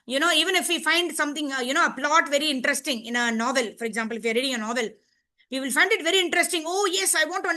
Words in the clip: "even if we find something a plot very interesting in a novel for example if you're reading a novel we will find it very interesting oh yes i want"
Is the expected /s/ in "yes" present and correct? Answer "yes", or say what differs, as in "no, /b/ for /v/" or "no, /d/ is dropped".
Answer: yes